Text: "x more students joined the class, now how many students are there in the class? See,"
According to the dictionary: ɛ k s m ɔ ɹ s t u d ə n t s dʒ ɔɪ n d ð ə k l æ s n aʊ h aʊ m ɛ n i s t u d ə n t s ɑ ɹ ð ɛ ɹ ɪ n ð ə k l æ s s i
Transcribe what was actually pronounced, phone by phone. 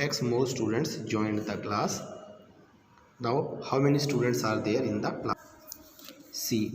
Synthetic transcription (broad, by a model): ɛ k s m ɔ l s t u d ə n t s dʒ ɔɪ n d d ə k l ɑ s n aʊ h aʊ m ɛ n i s t u d ə n t s ɑ ɹ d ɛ ɹ ɪ n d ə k l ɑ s s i